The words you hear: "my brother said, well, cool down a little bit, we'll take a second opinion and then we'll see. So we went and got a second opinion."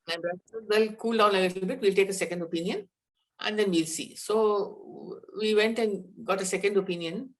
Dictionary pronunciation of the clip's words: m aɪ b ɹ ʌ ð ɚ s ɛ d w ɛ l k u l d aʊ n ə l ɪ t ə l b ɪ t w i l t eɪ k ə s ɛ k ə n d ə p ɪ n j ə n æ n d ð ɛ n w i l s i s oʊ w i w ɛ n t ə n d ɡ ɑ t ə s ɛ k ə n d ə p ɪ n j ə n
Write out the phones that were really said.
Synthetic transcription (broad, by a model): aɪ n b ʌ ɚ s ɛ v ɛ l k u l d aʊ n ə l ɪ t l l b ɪ t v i l t eɪ k ə s ɛ k ə n d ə p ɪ n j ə n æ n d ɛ n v i l s i s oʊ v i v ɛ n t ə n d ɡ ɑ t ə s ɛ k ə n d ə p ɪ n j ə n